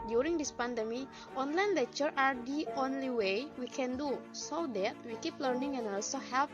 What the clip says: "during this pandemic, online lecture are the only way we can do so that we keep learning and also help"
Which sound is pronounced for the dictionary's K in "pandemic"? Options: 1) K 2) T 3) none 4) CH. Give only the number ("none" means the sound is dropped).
3